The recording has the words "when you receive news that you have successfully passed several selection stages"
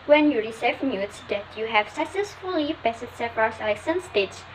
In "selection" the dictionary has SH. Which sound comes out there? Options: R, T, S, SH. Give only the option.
S